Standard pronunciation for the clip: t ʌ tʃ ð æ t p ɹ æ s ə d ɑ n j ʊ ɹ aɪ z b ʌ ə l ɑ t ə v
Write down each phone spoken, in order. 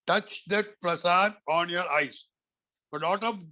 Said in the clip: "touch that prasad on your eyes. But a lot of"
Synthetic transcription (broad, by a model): t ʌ tʃ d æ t p ɹ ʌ s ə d ɑ n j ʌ ɹ aɪ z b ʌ ə n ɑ t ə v